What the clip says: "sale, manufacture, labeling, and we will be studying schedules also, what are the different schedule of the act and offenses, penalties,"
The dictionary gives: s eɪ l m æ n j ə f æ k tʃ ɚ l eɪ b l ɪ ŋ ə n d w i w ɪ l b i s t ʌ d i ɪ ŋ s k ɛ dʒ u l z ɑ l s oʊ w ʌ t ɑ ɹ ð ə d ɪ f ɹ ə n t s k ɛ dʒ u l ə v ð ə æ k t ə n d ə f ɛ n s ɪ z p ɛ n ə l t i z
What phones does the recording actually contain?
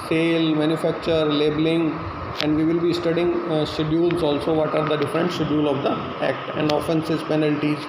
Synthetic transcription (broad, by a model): s eɪ l m æ n j ə f æ k tʃ ɚ l eɪ b l ɪ ŋ ə n d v i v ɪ l b i s t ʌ d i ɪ ŋ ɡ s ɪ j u l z ɑ l s oʊ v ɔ t ɑ ɹ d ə d ɪ f ɹ ə n t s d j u l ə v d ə æ k t ə n d ə f ɛ n s ɪ z p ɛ n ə l t i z